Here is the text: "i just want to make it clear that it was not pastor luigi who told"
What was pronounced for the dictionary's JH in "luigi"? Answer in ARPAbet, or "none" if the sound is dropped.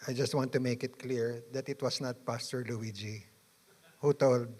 JH